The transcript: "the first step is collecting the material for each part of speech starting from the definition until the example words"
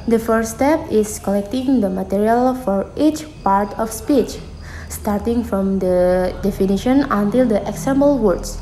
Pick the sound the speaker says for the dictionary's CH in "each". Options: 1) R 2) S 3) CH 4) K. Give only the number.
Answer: 3